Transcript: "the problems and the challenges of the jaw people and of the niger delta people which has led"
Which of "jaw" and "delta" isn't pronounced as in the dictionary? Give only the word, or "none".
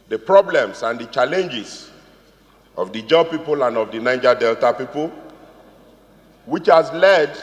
none